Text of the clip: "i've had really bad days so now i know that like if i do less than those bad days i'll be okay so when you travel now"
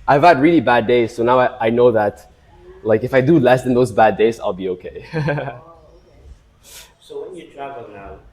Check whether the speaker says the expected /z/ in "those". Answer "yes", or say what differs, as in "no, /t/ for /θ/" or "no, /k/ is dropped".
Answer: yes